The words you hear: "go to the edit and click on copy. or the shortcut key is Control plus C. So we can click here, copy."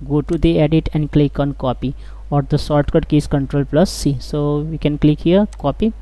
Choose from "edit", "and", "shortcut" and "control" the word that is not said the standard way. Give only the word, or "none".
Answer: shortcut